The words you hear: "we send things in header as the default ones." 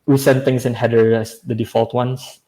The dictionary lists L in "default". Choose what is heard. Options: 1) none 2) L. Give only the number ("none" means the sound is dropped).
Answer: 2